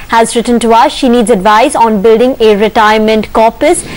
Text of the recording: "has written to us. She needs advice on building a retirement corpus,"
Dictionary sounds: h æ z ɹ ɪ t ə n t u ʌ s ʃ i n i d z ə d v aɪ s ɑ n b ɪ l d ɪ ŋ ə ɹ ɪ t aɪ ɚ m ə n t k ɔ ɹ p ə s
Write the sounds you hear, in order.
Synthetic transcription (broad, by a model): h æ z ɹ ɪ t ə n t u ʌ s ʃ i n i d z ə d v aɪ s ɑ n b ɪ l d ɪ ŋ ə ɹ ɪ t aɪ ɚ m ə n t k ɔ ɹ p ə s